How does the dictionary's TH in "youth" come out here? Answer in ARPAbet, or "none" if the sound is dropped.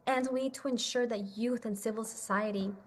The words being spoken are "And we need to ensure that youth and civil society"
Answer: TH